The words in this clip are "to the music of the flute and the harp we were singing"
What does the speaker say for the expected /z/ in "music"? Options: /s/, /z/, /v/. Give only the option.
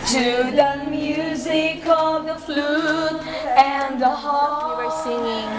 /z/